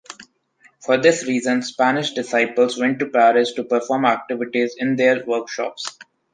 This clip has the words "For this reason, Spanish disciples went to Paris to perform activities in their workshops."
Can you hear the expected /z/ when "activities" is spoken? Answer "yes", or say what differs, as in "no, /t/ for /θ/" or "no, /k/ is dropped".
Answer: yes